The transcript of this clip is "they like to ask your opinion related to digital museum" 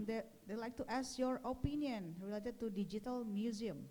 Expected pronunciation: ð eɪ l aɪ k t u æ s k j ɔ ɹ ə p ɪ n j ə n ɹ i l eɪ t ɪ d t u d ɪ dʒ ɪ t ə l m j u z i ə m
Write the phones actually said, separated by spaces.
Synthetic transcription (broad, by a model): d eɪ l aɪ k t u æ s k j ɔ ɹ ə p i n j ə n ɹ i l eɪ t ɪ d t u d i dʒ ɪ t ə l m j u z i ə m